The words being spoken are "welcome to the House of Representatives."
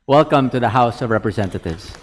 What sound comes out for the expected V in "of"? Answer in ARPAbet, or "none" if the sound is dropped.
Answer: V